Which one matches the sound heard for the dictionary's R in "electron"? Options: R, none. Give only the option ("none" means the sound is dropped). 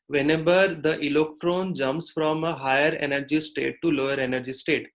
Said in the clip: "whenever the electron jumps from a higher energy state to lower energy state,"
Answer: R